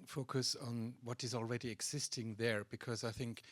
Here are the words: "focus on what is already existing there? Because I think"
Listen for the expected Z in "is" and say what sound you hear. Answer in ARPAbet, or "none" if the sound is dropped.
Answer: Z